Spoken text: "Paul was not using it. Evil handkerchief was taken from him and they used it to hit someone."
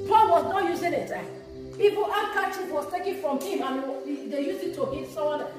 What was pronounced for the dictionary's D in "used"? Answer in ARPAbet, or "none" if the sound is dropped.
none